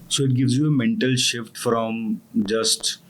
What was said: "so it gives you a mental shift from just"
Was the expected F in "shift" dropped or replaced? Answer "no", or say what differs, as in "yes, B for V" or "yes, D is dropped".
no